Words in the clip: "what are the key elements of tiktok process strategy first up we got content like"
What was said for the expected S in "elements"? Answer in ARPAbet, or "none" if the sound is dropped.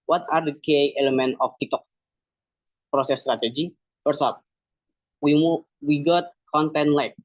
none